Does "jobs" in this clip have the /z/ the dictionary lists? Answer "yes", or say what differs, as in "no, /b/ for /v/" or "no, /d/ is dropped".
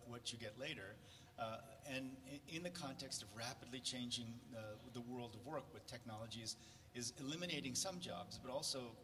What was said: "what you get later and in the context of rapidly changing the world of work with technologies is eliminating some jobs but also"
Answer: yes